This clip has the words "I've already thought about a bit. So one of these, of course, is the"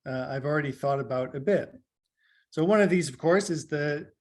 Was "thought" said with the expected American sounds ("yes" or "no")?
yes